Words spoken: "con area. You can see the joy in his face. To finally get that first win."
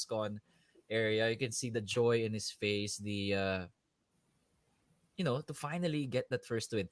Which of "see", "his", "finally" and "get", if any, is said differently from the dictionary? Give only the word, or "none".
his